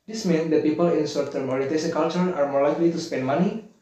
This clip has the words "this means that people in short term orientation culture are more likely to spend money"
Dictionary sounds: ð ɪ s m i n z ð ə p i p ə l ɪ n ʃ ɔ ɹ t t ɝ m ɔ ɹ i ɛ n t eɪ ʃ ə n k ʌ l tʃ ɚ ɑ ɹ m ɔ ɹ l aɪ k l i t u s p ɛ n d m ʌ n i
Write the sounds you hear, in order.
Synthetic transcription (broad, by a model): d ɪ s m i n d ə p i p ə l ɪ n s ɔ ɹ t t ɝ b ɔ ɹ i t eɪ s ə k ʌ l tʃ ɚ ɑ ɹ m ɔ ɹ l aɪ k l i t u s p ɛ n d m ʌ n i